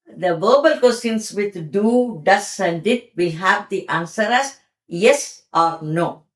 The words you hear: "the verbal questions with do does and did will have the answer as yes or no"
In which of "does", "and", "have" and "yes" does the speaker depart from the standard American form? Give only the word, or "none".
does